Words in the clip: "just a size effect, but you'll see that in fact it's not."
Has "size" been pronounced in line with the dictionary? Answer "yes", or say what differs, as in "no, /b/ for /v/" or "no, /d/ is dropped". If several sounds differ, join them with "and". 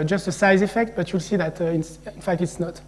yes